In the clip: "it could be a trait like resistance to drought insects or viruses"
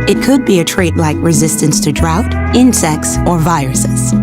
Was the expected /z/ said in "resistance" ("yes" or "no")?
yes